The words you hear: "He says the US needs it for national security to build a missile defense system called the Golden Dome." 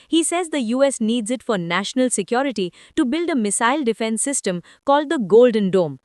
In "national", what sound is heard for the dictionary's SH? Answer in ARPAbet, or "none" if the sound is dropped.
SH